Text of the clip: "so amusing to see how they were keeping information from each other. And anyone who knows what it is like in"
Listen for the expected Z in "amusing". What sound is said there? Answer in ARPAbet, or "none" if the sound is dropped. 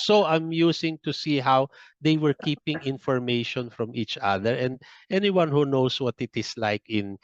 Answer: S